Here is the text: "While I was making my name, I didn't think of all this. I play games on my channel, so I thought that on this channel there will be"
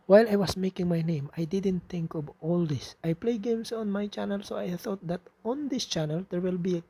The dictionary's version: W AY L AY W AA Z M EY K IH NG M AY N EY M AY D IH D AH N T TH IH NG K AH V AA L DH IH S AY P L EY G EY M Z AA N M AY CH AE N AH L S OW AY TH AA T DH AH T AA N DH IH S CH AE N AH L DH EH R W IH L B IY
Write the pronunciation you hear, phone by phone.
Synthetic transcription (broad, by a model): W AY L AY W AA S M EY K IH NG M AY N EY M AY D IH D AH N T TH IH NG K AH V AA L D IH S AY P L EY G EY M S AA N M AY CH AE N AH L S OW AY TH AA T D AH T AA N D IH S CH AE N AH L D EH R W IH L B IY